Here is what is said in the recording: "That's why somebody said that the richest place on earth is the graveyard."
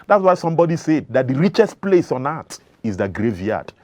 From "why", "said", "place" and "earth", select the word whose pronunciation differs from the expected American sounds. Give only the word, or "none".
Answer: earth